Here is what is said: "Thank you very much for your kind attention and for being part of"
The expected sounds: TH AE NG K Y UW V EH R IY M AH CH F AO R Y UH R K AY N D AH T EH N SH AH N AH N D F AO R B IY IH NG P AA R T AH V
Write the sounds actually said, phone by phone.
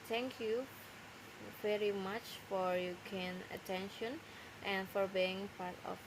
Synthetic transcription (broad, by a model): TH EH NG K Y UW V EH R IY M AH CH F AO R Y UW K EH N AH T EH N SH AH N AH N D F AO R B IY IH NG P AA R T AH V